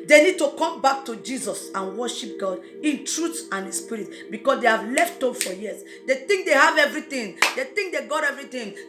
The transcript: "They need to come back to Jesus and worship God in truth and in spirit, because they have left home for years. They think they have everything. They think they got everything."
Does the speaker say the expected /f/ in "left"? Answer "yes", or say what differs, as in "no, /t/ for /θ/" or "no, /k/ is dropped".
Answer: yes